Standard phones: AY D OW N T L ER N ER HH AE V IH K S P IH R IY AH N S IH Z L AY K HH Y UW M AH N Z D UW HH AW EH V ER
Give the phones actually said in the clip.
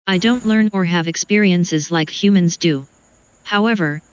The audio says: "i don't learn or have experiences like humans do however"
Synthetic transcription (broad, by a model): AY D OW N T L ER N ER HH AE V IH K S P IH R IY AH N S IH Z L AY K HH Y UW M AH N Z D UW HH AW EH V ER